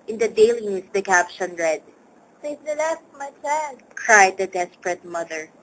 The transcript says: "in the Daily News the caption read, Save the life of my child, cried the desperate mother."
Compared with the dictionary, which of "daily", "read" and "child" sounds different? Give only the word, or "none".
child